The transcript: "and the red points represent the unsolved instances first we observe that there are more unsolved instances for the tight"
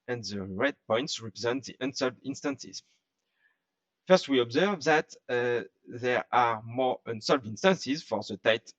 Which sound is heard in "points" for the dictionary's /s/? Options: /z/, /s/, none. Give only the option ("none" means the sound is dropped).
/s/